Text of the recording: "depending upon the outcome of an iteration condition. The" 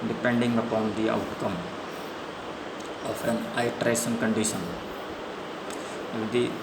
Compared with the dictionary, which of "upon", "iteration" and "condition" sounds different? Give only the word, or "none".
iteration